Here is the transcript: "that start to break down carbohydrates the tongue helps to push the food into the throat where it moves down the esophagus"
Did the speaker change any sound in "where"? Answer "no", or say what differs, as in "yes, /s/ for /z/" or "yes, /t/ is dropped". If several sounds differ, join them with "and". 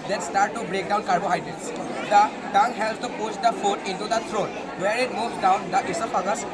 no